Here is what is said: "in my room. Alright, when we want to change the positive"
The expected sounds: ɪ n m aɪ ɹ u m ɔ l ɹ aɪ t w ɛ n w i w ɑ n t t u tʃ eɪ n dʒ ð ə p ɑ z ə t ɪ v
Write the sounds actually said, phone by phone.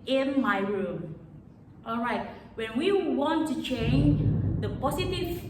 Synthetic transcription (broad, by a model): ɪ n m aɪ ɹ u m ɔ l ɹ aɪ t w ɛ n w i w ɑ n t t u tʃ eɪ n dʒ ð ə p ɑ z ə t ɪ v